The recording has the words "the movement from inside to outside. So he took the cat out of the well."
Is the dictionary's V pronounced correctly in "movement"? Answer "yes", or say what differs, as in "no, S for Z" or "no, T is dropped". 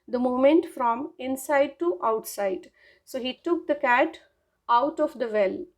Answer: no, V is dropped